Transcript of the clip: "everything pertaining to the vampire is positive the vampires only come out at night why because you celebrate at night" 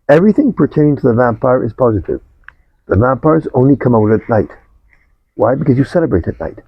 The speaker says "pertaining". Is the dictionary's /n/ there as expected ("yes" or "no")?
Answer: no